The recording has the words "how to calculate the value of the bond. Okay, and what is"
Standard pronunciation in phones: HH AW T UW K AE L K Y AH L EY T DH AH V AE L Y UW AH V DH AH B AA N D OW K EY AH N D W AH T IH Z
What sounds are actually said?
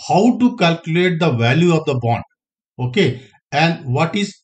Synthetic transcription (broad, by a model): HH AW T UW K AE L K Y AH L EY T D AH V AE L Y UW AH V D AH B AA N D OW K EY AH N D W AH T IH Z